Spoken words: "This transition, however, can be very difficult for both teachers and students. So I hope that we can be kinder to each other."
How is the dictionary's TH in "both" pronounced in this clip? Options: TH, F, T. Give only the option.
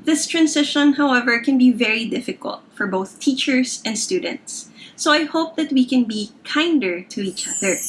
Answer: TH